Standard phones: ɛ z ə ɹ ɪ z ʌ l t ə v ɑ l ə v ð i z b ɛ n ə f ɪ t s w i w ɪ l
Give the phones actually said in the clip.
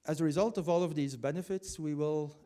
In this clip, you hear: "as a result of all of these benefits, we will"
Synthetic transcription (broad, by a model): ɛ z ə ɹ ɪ z ʌ l t ə v ɑ l ə v ð i z b ɛ n ə f ɪ t s w i w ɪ l